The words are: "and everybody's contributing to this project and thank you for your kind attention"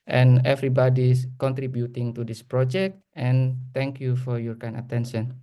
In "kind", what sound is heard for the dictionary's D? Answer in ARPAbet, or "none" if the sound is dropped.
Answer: none